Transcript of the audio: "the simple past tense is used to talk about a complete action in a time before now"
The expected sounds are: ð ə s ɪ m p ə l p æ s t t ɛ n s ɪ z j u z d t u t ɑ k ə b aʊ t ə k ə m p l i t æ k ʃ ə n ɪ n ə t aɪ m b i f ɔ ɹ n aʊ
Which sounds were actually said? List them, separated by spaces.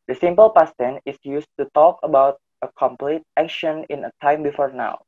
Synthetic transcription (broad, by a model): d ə s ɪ m p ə l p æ s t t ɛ n ɪ s j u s t u t ɑ k ə b aʊ t ə k ə m p l i t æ k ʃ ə n ɪ n ə t aɪ m b i f ɔ ɹ n aʊ